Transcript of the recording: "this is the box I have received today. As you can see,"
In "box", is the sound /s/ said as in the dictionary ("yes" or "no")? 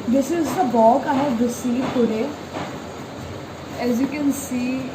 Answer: no